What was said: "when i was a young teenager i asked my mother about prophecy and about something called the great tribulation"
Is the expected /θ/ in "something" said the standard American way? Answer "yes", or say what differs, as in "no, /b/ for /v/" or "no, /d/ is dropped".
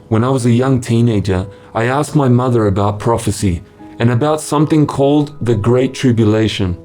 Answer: yes